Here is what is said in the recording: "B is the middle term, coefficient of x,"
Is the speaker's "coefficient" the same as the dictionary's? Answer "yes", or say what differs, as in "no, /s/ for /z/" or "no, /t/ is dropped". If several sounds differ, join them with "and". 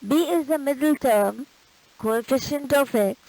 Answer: yes